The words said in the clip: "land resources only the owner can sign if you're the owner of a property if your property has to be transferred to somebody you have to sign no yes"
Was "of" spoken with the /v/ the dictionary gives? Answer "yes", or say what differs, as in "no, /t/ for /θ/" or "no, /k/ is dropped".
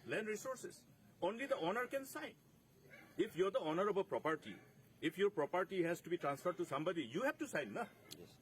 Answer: no, /b/ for /v/